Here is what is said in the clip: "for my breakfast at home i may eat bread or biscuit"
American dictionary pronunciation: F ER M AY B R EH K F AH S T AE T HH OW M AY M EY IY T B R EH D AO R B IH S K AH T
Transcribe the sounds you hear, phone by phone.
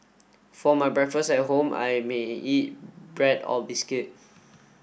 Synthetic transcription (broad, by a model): F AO M AY B R EH K F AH S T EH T HH OW M AY M EY IY T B R EH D AO L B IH S K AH T